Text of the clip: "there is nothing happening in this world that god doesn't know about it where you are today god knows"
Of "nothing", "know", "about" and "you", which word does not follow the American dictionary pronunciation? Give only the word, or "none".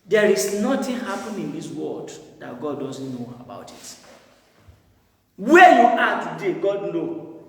nothing